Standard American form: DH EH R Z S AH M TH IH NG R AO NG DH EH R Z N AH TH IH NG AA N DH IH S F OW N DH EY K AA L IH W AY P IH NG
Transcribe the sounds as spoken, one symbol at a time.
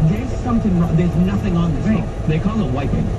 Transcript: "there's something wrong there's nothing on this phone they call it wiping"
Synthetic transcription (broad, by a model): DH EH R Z S AH M TH IH NG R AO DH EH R Z N AH TH IH NG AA N DH IH S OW DH EY K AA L IH W AY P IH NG